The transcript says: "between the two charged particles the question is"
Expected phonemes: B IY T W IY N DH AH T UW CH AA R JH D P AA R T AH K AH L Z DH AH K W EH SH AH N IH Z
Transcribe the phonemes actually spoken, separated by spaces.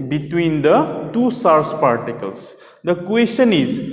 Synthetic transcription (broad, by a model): B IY T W IY N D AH T UW S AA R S P AA R T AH K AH L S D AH K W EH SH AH N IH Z